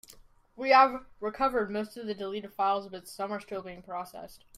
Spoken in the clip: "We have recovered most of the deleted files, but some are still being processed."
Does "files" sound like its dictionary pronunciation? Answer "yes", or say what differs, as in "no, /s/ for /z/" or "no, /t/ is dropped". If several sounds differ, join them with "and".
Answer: yes